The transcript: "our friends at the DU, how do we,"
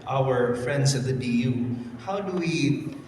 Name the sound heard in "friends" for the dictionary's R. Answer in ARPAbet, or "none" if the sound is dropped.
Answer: R